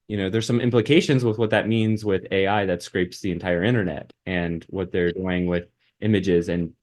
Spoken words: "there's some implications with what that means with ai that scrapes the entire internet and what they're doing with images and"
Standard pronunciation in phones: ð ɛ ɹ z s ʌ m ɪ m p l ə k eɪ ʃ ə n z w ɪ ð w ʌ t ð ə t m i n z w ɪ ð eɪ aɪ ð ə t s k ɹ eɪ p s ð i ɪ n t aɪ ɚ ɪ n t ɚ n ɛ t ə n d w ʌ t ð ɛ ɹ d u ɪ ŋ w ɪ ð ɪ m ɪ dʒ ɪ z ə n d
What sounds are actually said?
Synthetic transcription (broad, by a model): ð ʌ ɹ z s ʌ m ɪ m p l ə k eɪ ʃ ə n z w ɪ ð w ʌ t ð ə t m i n z w ɪ ð eɪ aɪ ð ə t s k ɹ eɪ p s ð i ɪ n t aɪ ɚ ɪ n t ɚ n ɛ t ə n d w ʌ t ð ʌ ɹ d u ɪ ŋ w ɪ ð ɪ m ɪ dʒ ɪ z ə n